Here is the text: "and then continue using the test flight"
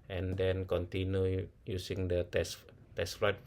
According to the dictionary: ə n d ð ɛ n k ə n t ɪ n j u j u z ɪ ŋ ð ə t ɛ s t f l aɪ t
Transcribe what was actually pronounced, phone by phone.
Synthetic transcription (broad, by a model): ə n d ɛ n k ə n t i n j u j u s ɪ ŋ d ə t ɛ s t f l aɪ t